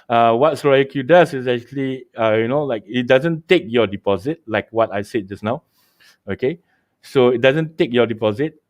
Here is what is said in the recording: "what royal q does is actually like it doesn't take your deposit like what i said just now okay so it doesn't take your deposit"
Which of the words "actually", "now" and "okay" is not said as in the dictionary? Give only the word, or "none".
actually